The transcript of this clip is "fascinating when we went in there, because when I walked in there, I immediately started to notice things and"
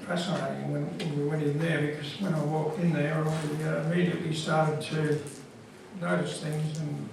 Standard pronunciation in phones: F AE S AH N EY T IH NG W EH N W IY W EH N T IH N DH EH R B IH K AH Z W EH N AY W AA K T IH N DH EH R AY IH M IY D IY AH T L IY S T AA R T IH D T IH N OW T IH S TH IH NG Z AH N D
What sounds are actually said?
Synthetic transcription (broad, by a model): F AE S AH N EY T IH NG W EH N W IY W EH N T IH N DH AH R B IH K AH Z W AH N AY W AA K T IH N DH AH R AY IH M IY D IY AH T L IY S T AA R T IH D T IH L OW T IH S TH IH NG Z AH N